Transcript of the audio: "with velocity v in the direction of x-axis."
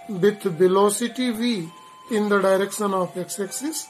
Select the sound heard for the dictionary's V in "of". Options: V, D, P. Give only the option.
P